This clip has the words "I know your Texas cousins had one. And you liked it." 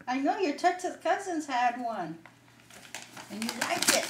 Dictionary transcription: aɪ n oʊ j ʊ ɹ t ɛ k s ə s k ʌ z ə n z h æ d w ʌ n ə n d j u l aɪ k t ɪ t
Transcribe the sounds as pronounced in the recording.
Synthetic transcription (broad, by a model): aɪ n oʊ j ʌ ɹ t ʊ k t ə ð k ʌ z ə n z h æ d w ʌ n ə n j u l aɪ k ɪ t